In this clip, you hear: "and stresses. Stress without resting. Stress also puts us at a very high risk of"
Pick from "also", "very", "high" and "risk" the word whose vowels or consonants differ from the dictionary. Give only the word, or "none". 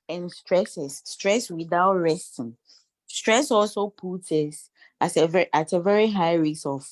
risk